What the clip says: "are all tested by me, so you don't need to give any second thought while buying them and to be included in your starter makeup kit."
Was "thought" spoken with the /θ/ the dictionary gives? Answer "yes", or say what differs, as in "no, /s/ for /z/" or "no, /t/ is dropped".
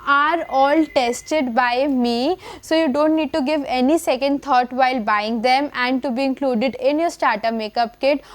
no, /t/ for /θ/